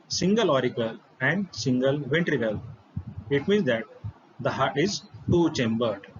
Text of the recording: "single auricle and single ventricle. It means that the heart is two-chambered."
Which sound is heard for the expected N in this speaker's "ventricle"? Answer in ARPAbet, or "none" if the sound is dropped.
N